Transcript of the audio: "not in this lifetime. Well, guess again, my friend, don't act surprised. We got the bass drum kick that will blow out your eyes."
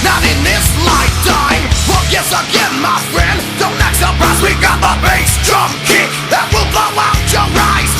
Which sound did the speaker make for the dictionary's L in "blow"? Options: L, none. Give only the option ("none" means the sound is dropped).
none